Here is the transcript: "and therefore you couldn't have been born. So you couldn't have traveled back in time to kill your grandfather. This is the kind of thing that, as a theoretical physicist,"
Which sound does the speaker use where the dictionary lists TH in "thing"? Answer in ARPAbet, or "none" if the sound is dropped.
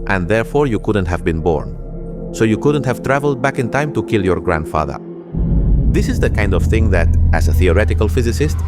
TH